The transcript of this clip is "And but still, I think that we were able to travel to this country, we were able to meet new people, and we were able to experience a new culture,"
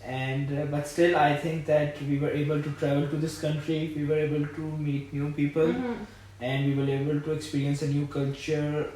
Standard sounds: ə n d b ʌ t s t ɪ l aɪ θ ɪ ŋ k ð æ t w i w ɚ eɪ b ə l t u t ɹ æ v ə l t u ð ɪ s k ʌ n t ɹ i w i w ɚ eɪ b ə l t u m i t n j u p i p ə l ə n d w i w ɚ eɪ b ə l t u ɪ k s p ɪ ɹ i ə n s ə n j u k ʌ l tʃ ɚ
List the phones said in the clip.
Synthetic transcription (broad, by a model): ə n d b ʌ t s t ɪ l aɪ t ɪ ŋ k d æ t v i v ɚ eɪ b ə l t u t ɹ æ v ə l t u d ɪ s k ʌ n t ɹ i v i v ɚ eɪ b ə l t u m i t n j u p i p ə l ə n d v i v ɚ eɪ b ə l t u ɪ k s p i ɹ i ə n s ə n j u k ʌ l tʃ ɚ